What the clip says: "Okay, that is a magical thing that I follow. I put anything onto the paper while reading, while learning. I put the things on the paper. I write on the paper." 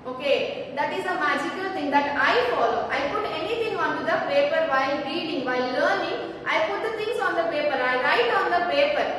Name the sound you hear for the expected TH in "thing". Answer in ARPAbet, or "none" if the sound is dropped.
T